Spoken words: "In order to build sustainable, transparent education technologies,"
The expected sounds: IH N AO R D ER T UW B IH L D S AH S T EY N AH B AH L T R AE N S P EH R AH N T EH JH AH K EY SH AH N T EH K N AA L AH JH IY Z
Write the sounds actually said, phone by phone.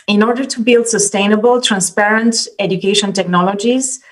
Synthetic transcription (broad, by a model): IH N AO R D ER T UW B IH L D S AH S T EY N AH B AH L T R AE N S P EH R AH N T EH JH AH K EY SH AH N T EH K N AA L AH JH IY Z